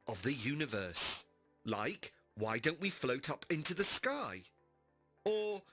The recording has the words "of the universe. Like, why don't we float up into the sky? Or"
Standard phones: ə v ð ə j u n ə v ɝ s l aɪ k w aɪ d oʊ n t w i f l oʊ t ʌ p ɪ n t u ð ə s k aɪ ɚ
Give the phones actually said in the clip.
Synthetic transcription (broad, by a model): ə v ð ə j u n ə v ɝ s l aɪ k w aɪ d oʊ n t w i f l oʊ t ʌ p ɪ n t u ð ə s k aɪ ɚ